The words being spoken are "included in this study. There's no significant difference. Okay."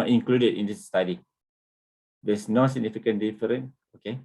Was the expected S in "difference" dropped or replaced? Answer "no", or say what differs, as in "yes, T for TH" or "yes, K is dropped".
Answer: yes, S is dropped